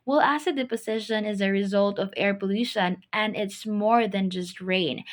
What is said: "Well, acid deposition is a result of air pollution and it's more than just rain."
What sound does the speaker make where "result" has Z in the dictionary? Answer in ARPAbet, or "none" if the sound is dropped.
Z